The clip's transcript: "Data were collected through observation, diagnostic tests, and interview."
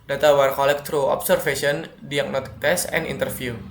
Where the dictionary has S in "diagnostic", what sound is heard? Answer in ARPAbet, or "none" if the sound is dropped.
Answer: none